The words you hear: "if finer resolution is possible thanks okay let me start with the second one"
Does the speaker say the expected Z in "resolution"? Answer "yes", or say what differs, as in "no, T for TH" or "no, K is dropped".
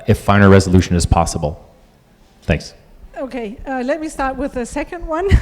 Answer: yes